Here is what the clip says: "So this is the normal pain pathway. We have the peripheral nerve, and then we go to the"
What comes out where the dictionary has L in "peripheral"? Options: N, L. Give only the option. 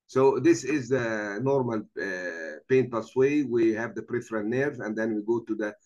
N